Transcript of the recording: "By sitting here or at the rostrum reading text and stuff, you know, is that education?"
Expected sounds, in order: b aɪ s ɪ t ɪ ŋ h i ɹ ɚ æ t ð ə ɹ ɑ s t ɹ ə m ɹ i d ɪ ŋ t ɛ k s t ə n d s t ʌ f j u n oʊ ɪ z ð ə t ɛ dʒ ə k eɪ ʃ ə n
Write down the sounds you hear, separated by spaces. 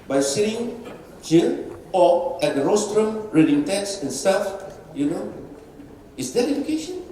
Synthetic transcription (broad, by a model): b aɪ s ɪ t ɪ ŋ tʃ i l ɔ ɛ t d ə ɹ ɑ s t ɹ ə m ɹ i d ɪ ŋ t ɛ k s ə n s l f j u n oʊ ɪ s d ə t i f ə k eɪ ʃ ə n